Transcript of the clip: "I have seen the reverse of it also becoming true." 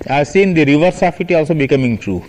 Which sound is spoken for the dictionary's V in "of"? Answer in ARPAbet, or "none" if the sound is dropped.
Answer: F